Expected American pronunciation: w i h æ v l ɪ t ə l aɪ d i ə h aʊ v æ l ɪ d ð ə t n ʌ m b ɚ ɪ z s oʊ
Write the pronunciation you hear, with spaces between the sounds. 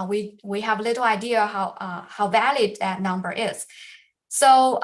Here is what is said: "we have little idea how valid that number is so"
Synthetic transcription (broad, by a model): w i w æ v l ɪ t l aɪ d i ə h aʊ v æ l ɪ d ð ə t n ʌ m b ɚ ɪ z s oʊ